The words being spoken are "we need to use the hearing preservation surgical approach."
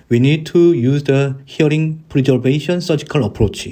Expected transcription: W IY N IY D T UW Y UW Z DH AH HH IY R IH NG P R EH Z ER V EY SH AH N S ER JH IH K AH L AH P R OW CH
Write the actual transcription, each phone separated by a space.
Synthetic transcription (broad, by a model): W IY N IY D T UW Y UW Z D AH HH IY R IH NG P R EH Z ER B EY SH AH N S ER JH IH K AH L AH P R OW CH